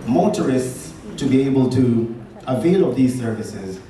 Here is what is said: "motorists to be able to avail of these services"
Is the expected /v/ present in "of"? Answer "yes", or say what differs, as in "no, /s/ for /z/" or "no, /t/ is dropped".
no, /p/ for /v/